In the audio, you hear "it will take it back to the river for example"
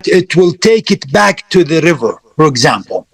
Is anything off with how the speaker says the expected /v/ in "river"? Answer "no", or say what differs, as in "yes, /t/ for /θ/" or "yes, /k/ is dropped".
no